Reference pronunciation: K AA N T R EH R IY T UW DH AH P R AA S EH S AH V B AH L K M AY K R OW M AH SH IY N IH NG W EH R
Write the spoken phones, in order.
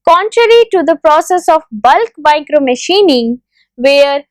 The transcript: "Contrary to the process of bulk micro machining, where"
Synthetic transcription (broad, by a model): K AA N T R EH R IY T UW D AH P R AA S EH S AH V B AH L K M AY K R OW M AH SH IY N IH NG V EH R